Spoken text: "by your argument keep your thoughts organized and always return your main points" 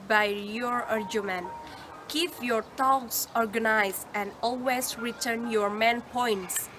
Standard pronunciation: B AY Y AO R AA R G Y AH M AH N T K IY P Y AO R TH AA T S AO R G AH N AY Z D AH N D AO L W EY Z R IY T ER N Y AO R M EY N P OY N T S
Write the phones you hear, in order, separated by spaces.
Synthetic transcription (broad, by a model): B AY Y AO R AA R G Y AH M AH N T K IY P Y AO R T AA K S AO R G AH N AY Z AH N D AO L W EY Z R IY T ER N Y AO R M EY N P OY N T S